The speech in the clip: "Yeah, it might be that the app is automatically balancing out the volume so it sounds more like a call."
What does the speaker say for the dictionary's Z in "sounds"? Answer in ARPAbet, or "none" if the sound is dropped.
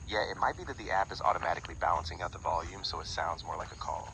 Z